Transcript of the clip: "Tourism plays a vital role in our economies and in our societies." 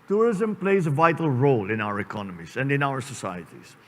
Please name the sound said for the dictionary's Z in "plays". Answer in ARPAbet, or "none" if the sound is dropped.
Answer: Z